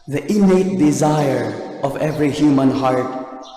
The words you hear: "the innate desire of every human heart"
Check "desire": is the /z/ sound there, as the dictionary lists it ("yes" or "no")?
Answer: yes